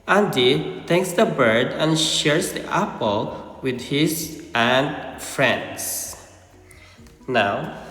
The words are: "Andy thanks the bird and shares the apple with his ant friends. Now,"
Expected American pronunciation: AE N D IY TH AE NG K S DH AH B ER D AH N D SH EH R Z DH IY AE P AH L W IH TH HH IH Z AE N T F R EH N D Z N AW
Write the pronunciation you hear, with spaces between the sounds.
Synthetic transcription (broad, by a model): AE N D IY T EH K S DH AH B ER D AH N SH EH R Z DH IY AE P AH L W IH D HH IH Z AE N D F R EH N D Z N AW